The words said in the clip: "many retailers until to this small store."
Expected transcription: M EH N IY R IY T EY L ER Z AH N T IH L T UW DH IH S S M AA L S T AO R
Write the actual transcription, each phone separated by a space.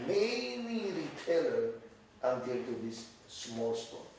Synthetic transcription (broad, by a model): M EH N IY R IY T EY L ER AH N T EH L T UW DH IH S S M AA L S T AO